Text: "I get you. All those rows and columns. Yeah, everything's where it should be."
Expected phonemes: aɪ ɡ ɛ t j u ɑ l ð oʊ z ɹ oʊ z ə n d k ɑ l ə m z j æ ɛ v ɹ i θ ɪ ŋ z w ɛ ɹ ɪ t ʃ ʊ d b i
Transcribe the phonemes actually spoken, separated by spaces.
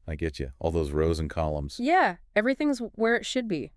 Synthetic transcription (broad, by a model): aɪ ɡ ɛ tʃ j ɑ l ð oʊ z ɹ oʊ z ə n k ɑ l ə m z j æ ɛ v ɹ i θ ɪ ŋ z w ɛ ɹ ɪ t ʃ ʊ d b i